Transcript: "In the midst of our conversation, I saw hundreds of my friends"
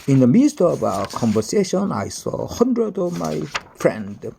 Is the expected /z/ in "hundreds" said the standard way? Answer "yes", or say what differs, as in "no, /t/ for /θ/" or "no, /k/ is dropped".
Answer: no, /z/ is dropped